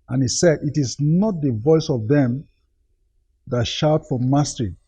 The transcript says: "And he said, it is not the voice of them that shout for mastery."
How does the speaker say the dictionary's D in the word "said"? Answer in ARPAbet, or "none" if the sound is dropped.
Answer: D